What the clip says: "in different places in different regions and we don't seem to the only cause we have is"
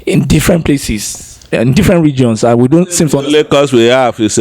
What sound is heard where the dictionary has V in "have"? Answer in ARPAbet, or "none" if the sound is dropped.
F